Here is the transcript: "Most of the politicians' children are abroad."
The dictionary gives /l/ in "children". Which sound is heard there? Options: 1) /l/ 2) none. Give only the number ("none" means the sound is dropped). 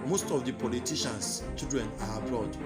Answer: 2